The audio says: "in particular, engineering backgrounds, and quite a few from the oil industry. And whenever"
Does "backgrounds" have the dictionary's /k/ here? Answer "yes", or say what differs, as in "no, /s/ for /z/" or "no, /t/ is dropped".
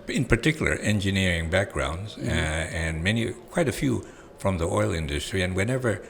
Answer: yes